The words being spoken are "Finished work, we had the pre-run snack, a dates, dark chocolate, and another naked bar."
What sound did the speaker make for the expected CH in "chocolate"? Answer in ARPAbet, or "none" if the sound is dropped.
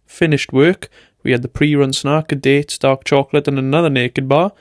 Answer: CH